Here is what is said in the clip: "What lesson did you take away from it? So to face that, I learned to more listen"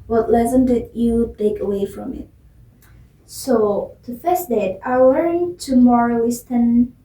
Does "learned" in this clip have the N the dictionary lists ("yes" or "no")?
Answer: no